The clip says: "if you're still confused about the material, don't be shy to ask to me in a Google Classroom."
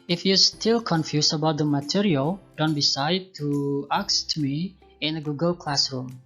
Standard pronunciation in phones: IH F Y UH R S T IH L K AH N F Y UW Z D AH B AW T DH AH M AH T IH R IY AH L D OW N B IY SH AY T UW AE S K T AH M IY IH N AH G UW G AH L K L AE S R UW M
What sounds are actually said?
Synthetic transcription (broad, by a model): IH F Y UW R S T IH L K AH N F Y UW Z AH B AW T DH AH M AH T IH R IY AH L D OW N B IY S AY T UW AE K S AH M IY IH N AH G UW G AH L K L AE S R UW M